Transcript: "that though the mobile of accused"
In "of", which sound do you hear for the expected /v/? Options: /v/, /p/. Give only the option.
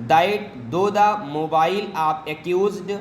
/p/